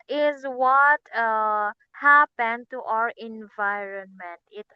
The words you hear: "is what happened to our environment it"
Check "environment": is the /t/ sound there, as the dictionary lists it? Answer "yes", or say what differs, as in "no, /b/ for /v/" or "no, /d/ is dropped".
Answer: yes